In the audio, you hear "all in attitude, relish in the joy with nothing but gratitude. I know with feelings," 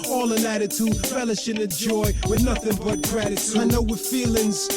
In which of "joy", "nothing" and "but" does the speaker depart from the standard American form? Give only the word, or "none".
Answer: none